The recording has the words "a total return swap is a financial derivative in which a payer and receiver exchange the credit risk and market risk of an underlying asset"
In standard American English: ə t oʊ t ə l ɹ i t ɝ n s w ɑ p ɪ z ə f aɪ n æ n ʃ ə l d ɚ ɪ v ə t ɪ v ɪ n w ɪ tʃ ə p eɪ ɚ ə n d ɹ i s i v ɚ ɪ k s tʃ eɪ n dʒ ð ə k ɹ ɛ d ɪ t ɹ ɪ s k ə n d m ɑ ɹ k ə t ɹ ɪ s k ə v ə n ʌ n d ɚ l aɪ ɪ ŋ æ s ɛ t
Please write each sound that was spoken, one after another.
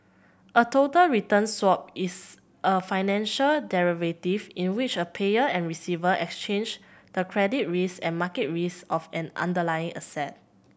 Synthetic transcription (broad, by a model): ə t oʊ t ə l ɹ i t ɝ n s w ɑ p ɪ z ə f aɪ n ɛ n ʃ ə l d ɚ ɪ v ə t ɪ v ɪ n w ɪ tʃ ə p eɪ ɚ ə n ɹ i s i v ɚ ɪ k s tʃ eɪ n dʒ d ə k ɹ ɛ d ɪ t ɹ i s ə n m ɑ k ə t ɹ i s ə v ə n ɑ n d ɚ l aɪ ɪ ŋ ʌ s ɛ t